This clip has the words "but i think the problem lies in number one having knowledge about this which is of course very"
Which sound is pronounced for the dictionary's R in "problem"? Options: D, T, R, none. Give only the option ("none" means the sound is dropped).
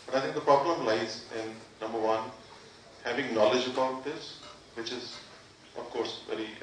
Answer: R